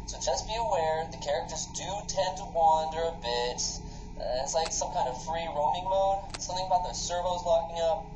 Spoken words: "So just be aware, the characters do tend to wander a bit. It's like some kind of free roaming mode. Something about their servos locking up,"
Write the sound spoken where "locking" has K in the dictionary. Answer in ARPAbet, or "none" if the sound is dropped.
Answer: K